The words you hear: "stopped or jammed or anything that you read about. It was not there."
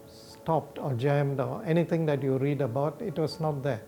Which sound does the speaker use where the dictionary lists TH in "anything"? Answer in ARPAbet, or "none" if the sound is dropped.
T